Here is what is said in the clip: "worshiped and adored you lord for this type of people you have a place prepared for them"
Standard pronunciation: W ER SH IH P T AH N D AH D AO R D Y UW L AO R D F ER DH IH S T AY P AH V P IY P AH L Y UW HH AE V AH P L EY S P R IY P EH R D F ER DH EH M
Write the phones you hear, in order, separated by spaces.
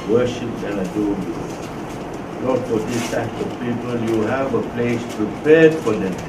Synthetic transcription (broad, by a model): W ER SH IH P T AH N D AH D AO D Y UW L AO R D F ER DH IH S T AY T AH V P IY P AH L Y UW HH AE V AH P L EY S P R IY P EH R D F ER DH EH